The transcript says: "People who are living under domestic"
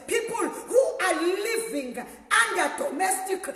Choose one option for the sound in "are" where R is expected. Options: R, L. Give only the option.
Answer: L